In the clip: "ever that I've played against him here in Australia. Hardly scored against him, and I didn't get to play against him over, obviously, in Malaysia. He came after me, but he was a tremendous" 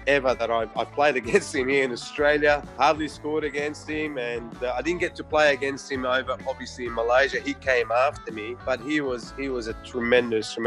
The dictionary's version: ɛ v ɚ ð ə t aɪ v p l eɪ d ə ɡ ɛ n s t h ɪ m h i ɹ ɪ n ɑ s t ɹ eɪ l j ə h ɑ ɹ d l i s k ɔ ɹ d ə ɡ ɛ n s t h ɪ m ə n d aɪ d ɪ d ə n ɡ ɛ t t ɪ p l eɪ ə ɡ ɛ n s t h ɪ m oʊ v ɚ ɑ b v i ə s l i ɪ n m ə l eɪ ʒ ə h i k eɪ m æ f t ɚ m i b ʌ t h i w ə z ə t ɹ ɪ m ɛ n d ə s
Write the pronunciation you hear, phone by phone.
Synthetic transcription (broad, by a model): ɛ v ɚ ð ə t aɪ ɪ p l eɪ d ə ɡ ɛ n s t h ɪ m h i ɹ ɪ n ɑ s t ɹ eɪ l j ə h ɑ ɹ d l i s k ɔ ɹ d ə ɡ ɛ n s t h ɪ m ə n aɪ d ɪ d n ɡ ɛ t t ɪ p l eɪ ə ɡ ɛ n s t h ɪ m oʊ v ɚ ɑ b v i ə s l i ɪ n m ə l eɪ ʒ ə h i k eɪ m æ f t ɚ m i b ʌ t h i w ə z ə t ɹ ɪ m ɛ n d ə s